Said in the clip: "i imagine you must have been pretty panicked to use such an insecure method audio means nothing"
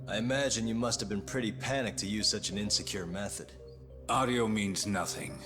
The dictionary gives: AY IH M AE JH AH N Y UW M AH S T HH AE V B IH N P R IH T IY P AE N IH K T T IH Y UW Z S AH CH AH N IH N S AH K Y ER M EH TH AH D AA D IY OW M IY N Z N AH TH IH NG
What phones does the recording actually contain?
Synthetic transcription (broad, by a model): AY IH M AE JH AH N Y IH M AH S T HH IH V B IH N P R IH T IY P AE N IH K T T IH Y UW Z S AH CH AH N IH N S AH K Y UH M EH TH AH D AA D IY OW M IY N Z N AH TH IH NG